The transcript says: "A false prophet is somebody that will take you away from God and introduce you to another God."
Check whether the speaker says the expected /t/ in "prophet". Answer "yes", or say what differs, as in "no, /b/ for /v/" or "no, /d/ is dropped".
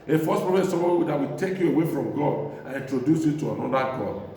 no, /t/ is dropped